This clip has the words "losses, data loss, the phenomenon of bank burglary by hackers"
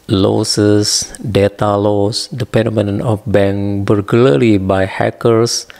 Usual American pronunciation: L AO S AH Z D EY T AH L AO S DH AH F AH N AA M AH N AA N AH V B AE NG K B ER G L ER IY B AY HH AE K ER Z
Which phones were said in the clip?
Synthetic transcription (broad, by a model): L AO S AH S D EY T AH L AO S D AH P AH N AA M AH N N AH F B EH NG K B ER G L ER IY B AY HH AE K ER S